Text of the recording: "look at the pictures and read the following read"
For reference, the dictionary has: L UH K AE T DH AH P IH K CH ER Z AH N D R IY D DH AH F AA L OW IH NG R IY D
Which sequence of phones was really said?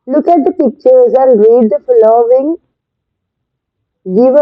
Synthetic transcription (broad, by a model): L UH K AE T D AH P IH K CH ER Z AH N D R IY D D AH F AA L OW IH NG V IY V